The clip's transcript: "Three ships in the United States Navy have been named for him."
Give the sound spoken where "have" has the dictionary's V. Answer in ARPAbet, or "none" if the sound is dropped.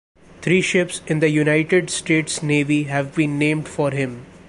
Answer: V